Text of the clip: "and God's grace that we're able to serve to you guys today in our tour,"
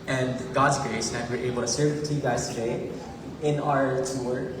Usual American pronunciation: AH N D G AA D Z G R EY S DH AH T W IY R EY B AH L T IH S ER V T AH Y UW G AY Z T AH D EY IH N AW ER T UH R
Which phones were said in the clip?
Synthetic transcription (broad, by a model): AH N G AA D Z G R EY S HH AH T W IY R EY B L T IH S ER V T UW G AY Z T AH D EY IH N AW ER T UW R